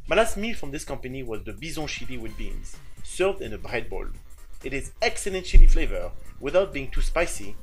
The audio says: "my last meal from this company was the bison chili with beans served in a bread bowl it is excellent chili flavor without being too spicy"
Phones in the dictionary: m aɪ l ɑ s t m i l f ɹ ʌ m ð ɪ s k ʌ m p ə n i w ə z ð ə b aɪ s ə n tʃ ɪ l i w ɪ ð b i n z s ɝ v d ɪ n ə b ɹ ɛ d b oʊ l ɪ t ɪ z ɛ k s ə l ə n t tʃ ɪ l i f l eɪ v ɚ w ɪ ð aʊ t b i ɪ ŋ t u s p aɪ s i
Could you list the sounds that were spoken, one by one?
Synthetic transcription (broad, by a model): m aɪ l ɑ s t m i l f ɹ ʌ m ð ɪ s k ʌ m p ə n i w ə z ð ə b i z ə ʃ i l i w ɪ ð b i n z s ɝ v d ɪ n ə b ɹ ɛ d b oʊ l ɪ t ɪ z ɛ k s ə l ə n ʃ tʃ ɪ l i f l eɪ v ɚ w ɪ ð aʊ t b i ɪ ŋ t u s p aɪ s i